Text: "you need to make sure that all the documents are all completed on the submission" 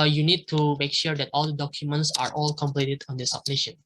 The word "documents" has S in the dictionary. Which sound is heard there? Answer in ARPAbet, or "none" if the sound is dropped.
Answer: S